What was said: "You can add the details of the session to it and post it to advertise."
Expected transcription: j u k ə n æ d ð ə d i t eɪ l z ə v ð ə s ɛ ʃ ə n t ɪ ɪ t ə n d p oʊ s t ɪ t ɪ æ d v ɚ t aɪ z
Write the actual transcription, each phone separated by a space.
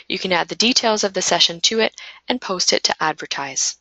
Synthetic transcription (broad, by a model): j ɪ k ə n æ d ð ə d i t eɪ l z ə v ð ə s ɛ ʃ ə n t ɪ ɪ t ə n p oʊ s t ɪ t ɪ æ d v ɚ t aɪ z